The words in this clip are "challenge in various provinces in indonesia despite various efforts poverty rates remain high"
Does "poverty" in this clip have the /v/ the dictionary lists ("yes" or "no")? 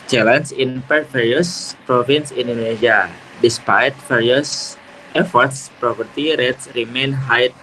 no